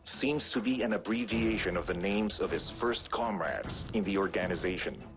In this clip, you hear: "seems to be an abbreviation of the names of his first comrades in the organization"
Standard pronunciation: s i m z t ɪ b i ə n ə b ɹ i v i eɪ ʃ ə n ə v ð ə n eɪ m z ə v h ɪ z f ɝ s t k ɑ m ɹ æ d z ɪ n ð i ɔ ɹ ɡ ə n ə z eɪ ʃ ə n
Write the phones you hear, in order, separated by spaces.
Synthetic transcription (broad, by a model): s i m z t ɪ b i ə n ə b ɹ i v i eɪ ʃ ə n ə v ð ə n eɪ m z ə v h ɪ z f ɝ s t k ɑ m ɹ æ d z ɪ n ð i ɔ ɹ ɡ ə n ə z eɪ ʃ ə n